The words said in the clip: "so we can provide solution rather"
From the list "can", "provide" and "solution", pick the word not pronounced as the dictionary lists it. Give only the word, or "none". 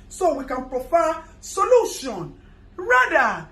provide